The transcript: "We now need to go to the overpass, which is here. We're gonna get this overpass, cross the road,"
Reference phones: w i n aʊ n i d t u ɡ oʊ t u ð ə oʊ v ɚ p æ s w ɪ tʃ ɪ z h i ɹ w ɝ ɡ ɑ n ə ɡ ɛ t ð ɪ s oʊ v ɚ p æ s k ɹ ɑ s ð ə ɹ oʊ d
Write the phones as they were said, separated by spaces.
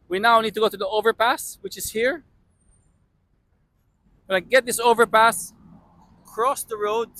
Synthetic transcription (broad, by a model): w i n aʊ n i d t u ɡ oʊ t u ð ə oʊ v ɚ p æ s w ɪ tʃ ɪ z h i ɹ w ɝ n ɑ ə ɡ ɛ t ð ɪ s oʊ v ɚ p æ s k ɹ ɑ s ð ə ɹ oʊ d